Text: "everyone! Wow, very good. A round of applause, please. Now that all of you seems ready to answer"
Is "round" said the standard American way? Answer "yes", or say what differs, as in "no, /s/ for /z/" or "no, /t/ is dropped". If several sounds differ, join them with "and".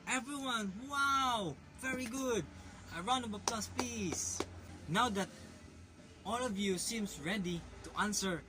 no, /d/ is dropped